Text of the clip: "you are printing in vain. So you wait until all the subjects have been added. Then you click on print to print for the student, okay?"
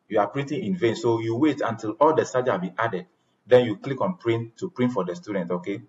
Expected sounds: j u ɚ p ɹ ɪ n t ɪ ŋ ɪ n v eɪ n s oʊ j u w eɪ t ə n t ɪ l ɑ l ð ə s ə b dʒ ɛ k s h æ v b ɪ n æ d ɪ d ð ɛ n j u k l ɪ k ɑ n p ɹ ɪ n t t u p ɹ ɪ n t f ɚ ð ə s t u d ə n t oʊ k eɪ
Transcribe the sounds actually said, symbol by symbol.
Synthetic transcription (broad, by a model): j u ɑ p ɹ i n t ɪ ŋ ɪ n v eɪ n s oʊ j u w eɪ t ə n t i l ɑ l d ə s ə dʒ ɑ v b ɪ n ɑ d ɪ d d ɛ n j u k l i k ɑ n p ɹ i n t t u p ɹ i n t f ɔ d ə s t u d ə n t oʊ k eɪ